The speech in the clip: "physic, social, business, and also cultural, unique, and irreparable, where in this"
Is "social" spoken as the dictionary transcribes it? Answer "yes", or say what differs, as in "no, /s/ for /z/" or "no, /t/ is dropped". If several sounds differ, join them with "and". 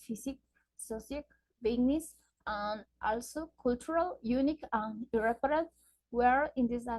no, /s/ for /ʃ/